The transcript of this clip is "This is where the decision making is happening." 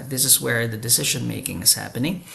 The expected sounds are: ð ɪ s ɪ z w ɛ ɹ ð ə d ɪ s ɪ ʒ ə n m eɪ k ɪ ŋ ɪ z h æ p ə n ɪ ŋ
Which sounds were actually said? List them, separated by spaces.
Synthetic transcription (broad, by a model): ð ɪ s ɪ z w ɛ ɹ ð ə d ɪ s ɪ ʒ ə n m eɪ k ɪ ŋ ɪ z h æ p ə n ɪ ŋ